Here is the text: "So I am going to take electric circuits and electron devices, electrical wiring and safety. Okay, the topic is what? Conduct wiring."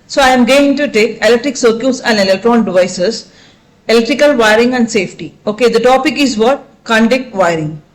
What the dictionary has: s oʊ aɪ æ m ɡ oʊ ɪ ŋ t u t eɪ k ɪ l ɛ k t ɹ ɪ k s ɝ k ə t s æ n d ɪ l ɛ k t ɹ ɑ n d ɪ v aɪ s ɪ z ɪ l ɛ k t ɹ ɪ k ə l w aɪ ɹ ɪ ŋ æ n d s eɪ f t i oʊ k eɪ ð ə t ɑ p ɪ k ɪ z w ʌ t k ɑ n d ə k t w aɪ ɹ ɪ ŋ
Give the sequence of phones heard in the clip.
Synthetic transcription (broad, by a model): s oʊ aɪ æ m ɡ oʊ ɪ ŋ t u t eɪ k ɪ l ɛ k t ɹ ɪ k s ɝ k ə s æ n d ɪ l ɛ k t ɹ ɑ n d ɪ v aɪ s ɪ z ɪ l ɛ k t ɹ ɪ k ə l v aɪ ɹ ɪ ŋ æ n d s eɪ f t i oʊ k eɪ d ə t ɑ p ɪ k ɪ z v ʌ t k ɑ n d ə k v aɪ ɹ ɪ ŋ